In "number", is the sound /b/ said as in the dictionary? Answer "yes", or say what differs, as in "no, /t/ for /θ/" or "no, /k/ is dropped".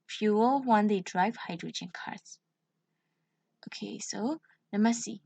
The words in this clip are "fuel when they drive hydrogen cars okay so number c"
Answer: no, /b/ is dropped